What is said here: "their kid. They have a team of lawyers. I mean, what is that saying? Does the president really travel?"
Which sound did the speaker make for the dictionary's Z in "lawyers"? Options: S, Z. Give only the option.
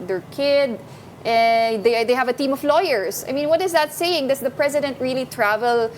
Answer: S